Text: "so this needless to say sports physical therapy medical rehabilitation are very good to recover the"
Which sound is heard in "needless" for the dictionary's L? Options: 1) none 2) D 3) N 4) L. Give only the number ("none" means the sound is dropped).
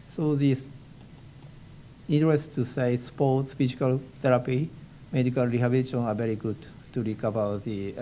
1